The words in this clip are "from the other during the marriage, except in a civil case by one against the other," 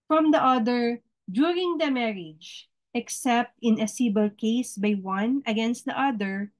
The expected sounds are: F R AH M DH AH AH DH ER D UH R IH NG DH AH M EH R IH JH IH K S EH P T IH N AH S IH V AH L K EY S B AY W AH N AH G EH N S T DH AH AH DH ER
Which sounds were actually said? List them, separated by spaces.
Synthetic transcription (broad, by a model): F R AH M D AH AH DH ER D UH R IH NG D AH M EH R IH JH IH K S EH P T IH N AH S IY B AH L K EY S B AY W AH N AH G EH N S T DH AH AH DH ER